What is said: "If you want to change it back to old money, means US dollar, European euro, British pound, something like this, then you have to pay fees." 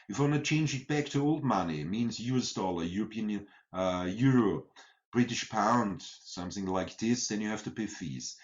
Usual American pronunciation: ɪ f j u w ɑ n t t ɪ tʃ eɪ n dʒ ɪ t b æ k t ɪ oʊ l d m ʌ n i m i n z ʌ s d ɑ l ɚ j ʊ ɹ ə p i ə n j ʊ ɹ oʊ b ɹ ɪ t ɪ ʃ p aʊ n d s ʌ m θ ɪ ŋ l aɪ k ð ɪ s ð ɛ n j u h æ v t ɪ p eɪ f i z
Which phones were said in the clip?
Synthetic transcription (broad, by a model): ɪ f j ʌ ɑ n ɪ tʃ eɪ n dʒ ɪ t b æ k t ɪ oʊ l d m ʌ n i m i n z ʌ s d ɑ l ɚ j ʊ ɹ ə p i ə n j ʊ ɹ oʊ b ɹ ɪ t ɪ ʃ p aʊ n d s ʌ m θ ɪ ŋ l aɪ k ð ɪ s ð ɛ n j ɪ h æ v t ɪ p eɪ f i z